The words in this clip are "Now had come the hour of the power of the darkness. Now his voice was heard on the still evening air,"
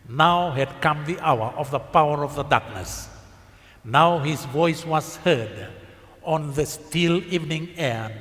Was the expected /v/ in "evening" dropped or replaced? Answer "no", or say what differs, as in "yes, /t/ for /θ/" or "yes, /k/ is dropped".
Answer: no